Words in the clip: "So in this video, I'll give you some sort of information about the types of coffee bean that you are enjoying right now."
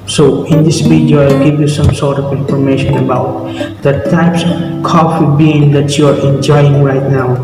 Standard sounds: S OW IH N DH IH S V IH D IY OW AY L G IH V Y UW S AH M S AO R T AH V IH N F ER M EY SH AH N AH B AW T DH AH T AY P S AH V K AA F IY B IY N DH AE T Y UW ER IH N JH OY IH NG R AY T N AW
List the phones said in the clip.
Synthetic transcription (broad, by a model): S OW IH N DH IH S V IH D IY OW AY L G IH V Y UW S AH M S AO R T AH V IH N F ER M EY SH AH N AH B AW T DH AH T AY P S AH V K AA F IY B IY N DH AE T Y UW ER IH N JH OY IH NG R AY T N AW